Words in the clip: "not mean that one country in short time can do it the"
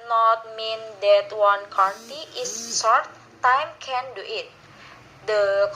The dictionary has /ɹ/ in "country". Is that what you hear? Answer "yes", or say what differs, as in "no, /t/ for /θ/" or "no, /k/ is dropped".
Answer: no, /ɹ/ is dropped